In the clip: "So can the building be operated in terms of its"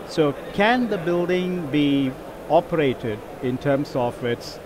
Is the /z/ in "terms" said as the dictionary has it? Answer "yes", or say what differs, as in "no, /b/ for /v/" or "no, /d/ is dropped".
no, /s/ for /z/